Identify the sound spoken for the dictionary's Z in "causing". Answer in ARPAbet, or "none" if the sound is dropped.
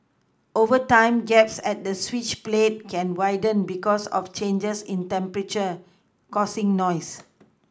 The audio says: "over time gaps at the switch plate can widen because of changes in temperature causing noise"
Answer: S